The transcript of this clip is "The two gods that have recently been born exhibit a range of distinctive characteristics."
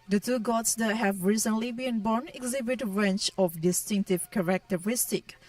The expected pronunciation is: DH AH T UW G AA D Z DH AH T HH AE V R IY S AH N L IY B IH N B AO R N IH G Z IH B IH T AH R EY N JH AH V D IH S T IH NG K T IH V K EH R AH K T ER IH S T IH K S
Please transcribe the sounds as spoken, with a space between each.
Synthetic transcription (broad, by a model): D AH T UW G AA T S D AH T HH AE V R IY S AH N L IY B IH N B AO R N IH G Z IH B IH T AH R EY N CH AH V D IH S T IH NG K T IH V K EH R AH K T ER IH S T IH K